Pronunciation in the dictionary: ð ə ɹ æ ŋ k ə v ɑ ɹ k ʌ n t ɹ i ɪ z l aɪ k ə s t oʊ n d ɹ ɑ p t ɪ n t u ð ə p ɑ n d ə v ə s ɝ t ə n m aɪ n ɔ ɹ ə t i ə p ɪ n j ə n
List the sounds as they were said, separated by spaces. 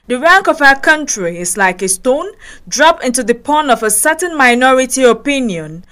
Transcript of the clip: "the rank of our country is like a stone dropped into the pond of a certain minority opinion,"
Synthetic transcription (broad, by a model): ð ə ɹ æ ŋ k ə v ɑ k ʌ n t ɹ i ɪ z l aɪ k ə s t oʊ n d ɹ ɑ p ɪ n t u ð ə p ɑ n ə v ə s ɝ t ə n m aɪ n ɔ ɹ ə t i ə p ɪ n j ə n